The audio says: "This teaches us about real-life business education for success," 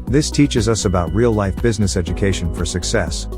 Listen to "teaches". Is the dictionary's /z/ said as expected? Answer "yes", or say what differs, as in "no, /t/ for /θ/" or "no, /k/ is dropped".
yes